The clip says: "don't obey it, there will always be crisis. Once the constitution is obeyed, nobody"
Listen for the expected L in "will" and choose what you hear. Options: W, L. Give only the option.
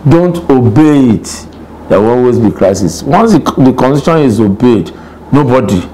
W